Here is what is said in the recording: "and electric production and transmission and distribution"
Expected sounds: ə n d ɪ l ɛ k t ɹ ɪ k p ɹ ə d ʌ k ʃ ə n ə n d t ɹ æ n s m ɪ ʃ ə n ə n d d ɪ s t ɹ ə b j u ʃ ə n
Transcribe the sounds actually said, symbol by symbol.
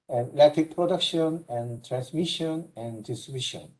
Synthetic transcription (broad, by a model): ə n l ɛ t ɪ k p ɹ ə d ʌ k ʃ ə n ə n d t ɹ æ n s m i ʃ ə n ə n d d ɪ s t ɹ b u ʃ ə n